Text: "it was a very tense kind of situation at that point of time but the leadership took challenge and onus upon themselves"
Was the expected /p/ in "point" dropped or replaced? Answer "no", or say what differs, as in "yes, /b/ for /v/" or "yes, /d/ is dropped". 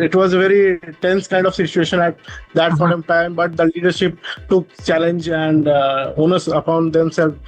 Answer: yes, /f/ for /p/